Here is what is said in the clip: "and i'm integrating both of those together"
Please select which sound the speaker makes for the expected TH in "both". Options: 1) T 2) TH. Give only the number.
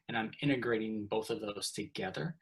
2